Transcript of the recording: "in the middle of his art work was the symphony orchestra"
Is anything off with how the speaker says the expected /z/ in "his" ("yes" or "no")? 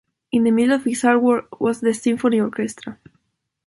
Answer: yes